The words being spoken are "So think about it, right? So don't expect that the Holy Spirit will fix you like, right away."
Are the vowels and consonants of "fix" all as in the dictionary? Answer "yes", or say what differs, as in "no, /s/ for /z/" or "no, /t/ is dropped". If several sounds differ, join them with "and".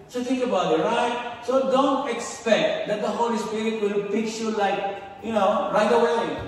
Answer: no, /p/ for /f/